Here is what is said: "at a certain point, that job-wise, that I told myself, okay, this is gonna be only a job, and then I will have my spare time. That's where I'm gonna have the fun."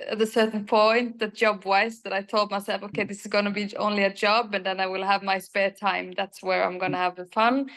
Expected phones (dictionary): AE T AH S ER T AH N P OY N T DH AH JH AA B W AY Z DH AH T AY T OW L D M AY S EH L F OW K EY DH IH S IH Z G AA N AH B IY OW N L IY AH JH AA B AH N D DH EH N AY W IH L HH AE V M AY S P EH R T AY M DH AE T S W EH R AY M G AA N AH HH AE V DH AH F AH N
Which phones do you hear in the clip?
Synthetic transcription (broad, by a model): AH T AH S ER T N P OY N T DH AH JH AA B W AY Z DH AH T AY T OW L D M AY S EH L F OW K EY DH IH S IH Z G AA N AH B IY OW N L IY AH JH AA B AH N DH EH N AY W IH L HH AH V M AY S P EH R T AY M DH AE T S W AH R AY M G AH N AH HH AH V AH F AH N